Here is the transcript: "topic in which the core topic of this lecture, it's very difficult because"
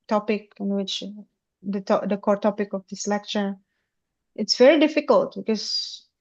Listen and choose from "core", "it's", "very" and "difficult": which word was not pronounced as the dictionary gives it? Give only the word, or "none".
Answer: none